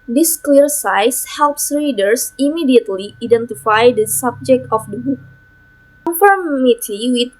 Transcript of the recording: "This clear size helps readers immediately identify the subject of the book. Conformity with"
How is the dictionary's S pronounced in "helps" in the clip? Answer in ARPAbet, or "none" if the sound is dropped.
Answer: S